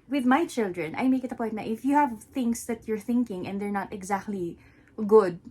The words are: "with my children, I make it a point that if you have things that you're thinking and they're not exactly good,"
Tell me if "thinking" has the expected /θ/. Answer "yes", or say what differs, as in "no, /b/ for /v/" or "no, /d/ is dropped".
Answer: yes